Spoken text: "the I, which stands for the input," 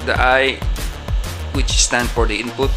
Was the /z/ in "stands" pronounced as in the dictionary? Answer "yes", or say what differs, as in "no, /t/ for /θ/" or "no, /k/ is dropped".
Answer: no, /z/ is dropped